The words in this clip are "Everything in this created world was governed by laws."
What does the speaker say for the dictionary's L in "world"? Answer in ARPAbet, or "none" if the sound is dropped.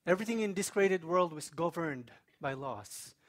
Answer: L